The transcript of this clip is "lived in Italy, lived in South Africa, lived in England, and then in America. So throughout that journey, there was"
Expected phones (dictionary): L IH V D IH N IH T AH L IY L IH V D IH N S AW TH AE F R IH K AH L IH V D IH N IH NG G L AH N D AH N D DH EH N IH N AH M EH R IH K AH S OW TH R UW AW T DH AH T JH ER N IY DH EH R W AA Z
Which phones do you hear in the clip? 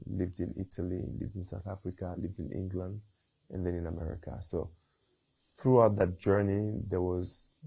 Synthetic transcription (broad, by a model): L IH V D IH N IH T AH L IY L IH V D IH N S AW TH AE F R IH K AH L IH V D IH N IH NG G L AH N D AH N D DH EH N IH N AH M EH R IH K AH S OW TH R UW AW T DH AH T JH ER N IY DH EH R W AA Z